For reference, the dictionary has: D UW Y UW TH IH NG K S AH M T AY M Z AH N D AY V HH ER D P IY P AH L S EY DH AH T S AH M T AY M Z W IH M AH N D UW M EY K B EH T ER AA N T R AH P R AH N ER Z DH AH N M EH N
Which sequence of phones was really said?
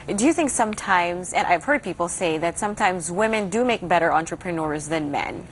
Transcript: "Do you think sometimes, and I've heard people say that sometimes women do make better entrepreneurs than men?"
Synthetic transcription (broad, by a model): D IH Y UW TH IH NG K S AH M T AY M Z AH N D AY V HH ER D P IY P L S EY DH AH T S AH M T AY M Z W IH M AH N D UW M EY K B EH T ER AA N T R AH P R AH N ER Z DH AH N M EH N